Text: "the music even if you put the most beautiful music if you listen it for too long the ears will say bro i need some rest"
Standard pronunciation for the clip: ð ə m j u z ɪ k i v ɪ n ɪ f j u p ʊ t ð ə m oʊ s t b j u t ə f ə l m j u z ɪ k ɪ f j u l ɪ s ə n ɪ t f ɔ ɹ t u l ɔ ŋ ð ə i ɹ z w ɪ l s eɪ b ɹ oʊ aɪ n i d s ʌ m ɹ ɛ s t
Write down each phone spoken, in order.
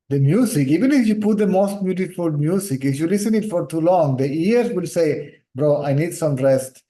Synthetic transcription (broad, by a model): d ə m j u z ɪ k i v ɪ n ɪ f j u p ʊ t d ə m oʊ s t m j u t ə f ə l m j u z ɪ k ɪ f j u l ɪ s ə n ɪ t f ɔ ɹ t u l ɔ ŋ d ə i ɹ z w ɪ l s eɪ b ɹ oʊ aɪ n i d s ʌ m ɹ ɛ s t